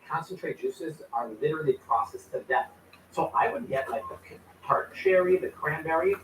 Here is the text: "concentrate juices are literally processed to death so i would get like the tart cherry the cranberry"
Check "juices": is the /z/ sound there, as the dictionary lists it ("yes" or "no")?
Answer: yes